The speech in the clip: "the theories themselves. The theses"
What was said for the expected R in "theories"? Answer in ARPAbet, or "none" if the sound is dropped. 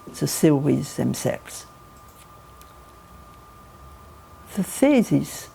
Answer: W